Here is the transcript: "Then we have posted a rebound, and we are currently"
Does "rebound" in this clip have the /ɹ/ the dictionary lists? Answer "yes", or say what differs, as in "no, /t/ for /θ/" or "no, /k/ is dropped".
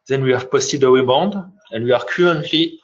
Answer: no, /w/ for /ɹ/